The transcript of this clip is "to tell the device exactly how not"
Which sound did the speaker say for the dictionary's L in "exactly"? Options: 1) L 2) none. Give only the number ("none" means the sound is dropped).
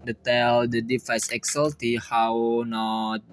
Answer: 2